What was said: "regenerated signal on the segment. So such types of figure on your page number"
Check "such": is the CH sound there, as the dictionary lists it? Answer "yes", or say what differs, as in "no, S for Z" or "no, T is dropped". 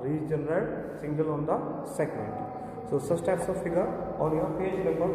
no, S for CH